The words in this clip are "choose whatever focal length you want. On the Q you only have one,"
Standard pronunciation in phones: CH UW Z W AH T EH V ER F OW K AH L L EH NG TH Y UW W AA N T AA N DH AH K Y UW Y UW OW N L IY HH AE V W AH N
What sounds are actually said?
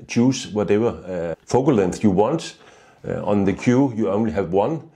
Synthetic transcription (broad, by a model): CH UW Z W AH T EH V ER F OW AH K L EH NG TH Y UW W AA N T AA N DH AH K Y UW Y UW OW N L IY HH AE V W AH N